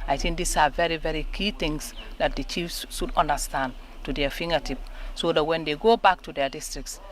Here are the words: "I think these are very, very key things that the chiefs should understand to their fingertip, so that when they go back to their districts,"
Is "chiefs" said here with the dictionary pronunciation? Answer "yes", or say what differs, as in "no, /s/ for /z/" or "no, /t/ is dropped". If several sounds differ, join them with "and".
yes